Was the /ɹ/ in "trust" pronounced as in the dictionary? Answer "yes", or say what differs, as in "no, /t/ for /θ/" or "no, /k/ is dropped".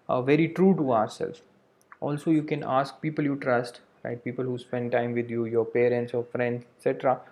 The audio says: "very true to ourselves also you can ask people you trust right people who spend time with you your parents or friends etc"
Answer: yes